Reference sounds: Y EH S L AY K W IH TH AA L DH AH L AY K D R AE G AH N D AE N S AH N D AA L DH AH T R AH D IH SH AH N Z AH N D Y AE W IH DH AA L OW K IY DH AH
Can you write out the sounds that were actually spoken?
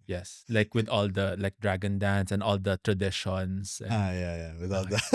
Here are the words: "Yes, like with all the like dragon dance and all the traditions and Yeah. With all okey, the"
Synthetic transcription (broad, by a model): Y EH S L AY K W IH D AA L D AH L AY K D R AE G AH N D AE N S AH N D AA L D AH T R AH D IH SH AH N S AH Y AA Y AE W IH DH AA L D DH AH